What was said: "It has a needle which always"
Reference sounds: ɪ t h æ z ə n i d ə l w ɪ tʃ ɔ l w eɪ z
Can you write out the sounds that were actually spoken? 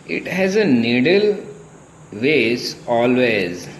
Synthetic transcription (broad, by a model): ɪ t h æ z ə n i d ə l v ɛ s ɔ l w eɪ z